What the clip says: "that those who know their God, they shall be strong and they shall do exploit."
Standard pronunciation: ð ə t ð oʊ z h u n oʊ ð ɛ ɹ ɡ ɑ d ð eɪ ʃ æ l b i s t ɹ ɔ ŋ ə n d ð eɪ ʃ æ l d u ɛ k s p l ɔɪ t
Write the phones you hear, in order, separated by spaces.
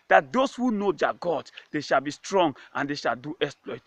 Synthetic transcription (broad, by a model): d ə t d oʊ s h u n oʊ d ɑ ɡ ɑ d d eɪ ʃ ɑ l b i s t ɹ ɔ ŋ ə n d eɪ ʃ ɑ l d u ɛ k s p l ɔɪ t